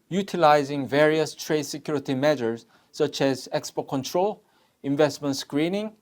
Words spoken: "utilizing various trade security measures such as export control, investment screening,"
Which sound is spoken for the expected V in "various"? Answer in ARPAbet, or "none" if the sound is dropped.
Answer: V